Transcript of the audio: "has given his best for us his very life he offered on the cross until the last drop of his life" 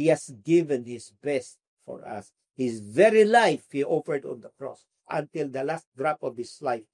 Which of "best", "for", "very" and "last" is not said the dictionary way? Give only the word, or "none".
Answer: none